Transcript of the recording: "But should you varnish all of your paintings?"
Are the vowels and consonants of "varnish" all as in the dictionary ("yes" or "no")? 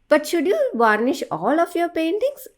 yes